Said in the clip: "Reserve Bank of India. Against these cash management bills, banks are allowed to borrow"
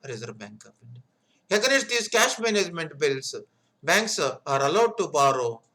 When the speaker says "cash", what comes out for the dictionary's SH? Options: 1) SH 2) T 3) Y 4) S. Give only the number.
1